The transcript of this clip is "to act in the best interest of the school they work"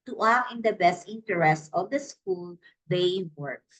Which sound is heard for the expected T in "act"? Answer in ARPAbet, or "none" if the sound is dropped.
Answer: none